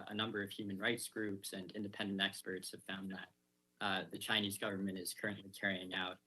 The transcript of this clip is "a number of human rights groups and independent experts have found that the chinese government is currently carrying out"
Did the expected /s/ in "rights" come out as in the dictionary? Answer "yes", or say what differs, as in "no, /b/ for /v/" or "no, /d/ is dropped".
yes